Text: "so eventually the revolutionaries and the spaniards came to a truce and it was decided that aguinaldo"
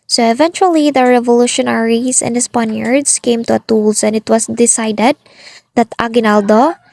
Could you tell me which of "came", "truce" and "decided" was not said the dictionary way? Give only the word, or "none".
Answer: truce